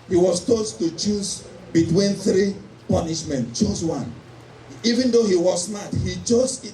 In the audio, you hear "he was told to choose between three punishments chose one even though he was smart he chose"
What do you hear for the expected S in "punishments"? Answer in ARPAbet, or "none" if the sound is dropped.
none